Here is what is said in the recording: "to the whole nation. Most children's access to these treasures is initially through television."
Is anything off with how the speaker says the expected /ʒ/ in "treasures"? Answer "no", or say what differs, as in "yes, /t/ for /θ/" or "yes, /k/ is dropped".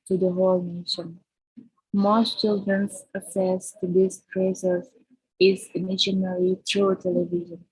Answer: yes, /s/ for /ʒ/